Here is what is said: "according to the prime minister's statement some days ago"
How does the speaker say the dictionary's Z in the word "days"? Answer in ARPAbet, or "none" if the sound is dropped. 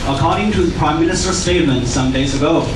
Z